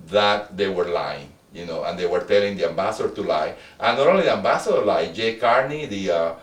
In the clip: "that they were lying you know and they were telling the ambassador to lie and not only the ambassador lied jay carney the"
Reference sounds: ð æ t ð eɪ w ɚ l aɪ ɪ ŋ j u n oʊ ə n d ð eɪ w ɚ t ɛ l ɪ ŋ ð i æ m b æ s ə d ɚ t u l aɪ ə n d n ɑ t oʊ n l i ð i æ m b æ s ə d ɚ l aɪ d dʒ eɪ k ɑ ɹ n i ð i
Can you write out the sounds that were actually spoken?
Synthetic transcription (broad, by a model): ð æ t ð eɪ w ɚ l aɪ ɪ ŋ j u n oʊ ə n d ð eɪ w ɚ t ɛ l ɪ ŋ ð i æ m b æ s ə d t u l aɪ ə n n ɑ t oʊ l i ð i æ m b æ s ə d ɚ l aɪ dʒ eɪ k ɑ ɹ n i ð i